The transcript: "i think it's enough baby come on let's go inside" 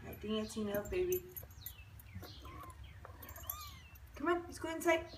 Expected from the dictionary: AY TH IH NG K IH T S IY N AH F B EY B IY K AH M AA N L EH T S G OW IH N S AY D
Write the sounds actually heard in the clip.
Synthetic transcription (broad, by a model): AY T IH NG IH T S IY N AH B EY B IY K AH M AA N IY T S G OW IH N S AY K